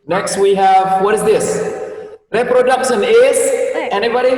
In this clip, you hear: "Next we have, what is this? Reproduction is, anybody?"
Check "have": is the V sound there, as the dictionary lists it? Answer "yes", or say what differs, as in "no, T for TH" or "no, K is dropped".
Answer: yes